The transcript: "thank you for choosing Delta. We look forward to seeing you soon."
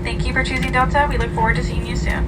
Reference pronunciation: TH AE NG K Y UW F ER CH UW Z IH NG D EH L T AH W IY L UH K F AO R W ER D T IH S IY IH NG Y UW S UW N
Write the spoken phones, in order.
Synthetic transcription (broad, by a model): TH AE NG K Y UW F ER CH UW Z IH NG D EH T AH W IY L UH K F AO R W ER D T IH S IY IH NG Y UW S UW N